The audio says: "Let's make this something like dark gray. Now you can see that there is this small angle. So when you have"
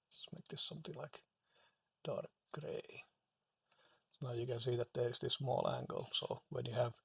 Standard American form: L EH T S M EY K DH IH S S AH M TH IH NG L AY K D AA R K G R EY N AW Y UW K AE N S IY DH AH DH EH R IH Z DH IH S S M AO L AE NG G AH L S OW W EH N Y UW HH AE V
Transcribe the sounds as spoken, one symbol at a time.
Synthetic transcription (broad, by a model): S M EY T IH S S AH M T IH L AY K D AA R K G R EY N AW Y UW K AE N S IY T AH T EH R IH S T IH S S M AO L AE NG G AH L S OW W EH N Y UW HH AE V